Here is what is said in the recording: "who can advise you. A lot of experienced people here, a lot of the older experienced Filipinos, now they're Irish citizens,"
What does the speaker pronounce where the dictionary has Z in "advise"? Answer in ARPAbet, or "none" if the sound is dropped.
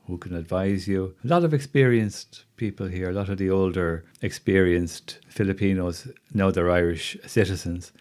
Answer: Z